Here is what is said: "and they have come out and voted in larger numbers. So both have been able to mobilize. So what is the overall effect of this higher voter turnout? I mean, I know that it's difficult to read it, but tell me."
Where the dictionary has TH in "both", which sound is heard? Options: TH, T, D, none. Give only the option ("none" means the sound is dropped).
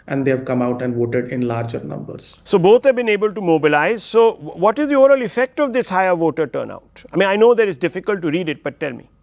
T